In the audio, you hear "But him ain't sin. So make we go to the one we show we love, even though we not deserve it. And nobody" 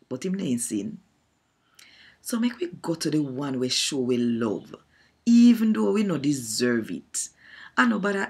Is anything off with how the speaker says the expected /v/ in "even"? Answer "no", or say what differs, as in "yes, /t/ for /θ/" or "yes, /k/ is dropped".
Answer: no